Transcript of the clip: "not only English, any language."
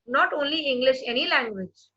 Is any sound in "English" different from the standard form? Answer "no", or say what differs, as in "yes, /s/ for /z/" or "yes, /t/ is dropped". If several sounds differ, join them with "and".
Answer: no